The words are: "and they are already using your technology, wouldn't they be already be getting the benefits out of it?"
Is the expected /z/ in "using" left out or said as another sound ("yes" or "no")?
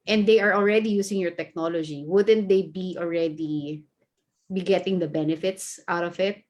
yes